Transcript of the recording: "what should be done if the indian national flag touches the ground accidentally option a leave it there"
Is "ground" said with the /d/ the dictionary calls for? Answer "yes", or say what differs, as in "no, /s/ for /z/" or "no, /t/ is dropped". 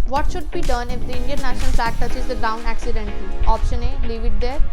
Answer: no, /d/ is dropped